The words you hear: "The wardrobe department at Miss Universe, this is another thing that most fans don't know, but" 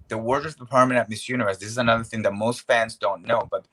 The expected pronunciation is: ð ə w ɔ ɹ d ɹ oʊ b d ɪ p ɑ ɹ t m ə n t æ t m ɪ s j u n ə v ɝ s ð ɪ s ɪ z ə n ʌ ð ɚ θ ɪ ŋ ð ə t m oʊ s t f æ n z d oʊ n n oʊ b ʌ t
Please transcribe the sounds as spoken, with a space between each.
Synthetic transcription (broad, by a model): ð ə w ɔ ɹ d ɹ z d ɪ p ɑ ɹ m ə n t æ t m ɪ s j u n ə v ɝ s ð ɪ s ɪ z ə n ʌ ð ɚ θ ɪ ŋ ð ə t m oʊ s t f æ n z d oʊ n n oʊ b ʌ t